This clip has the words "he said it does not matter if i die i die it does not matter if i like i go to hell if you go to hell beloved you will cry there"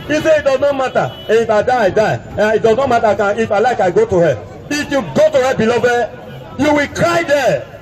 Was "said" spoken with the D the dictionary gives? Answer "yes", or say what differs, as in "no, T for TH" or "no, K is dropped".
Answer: no, D is dropped